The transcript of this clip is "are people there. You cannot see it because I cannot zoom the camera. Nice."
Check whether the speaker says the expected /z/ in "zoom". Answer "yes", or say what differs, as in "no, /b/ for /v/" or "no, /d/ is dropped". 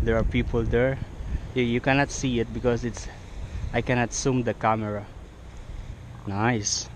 no, /s/ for /z/